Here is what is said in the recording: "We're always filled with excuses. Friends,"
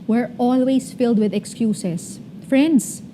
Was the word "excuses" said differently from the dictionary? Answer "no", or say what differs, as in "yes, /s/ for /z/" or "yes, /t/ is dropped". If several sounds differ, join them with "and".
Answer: yes, /s/ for /z/